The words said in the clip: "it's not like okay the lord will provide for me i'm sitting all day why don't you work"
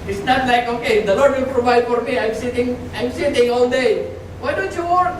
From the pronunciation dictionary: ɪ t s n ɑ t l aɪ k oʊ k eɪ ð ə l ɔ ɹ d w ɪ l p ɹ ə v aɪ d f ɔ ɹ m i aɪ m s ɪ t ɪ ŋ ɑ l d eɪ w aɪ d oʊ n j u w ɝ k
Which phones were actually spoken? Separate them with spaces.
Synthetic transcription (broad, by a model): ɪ t s n ɑ t l aɪ k oʊ k eɪ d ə l ɔ ɹ d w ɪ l p ɹ ə v aɪ d f ɔ ɹ m i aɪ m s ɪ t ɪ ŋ ɑ l d eɪ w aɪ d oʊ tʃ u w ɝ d